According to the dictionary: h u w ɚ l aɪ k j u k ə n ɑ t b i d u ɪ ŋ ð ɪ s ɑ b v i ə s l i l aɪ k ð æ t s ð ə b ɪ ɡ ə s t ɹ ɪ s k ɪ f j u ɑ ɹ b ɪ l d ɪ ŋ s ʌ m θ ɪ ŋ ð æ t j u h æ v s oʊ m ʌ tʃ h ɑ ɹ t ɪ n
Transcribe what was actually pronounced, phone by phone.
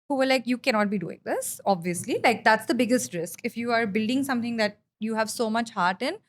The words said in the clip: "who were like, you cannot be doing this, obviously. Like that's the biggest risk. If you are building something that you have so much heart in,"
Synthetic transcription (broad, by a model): h u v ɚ l aɪ k j u k ə n ɑ t b i d u ɪ ŋ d ɪ s ɑ b v i ə s l i l aɪ k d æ t s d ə b ɪ ɡ ə s t ɹ ɪ s k ɪ f j u ɑ ɹ b ɪ l d ɪ ŋ s ʌ m t ɪ ŋ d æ t j u h æ v s oʊ m ʌ tʃ h ɑ ɹ t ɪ n